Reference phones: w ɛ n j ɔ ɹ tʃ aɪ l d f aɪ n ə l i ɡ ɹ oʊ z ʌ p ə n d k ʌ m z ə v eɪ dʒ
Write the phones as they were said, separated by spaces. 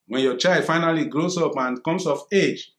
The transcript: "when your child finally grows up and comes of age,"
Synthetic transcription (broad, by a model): w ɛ n j ɔ tʃ aɪ l d f aɪ n ə l i ɡ ɹ oʊ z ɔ p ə n k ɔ m s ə f eɪ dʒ